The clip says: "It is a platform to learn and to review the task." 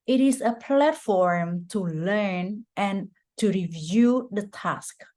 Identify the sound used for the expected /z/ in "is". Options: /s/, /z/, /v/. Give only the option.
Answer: /s/